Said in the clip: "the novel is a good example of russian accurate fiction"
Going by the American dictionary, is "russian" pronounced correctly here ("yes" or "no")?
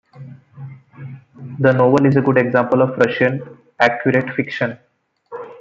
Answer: yes